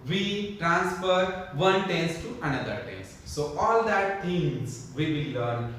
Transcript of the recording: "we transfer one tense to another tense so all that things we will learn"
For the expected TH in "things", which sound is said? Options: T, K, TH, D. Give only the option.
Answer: T